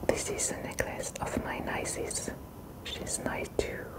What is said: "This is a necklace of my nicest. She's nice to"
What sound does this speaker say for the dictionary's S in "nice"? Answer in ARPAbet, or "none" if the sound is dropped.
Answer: none